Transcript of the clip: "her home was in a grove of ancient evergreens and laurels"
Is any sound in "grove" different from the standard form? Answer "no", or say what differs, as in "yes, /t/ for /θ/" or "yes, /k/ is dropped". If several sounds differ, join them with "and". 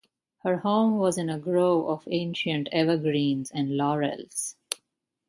yes, /v/ is dropped